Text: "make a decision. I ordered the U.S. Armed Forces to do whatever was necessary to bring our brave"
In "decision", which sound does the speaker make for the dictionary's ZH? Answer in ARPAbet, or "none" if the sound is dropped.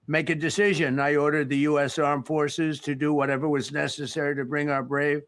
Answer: ZH